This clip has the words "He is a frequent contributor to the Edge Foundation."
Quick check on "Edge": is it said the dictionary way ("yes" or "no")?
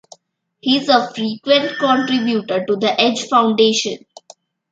yes